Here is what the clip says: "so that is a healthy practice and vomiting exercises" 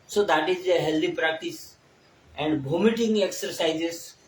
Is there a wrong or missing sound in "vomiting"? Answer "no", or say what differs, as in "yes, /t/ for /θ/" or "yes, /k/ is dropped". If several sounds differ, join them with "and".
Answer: yes, /b/ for /v/